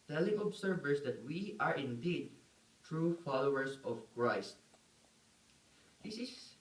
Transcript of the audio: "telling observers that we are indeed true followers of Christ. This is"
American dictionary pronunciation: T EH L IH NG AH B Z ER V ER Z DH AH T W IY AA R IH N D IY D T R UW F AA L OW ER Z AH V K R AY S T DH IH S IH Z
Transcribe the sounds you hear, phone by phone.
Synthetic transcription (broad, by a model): T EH L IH NG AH B S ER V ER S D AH T W IY AA R IH N D IY D T R UW F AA L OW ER S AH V K R AY S T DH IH S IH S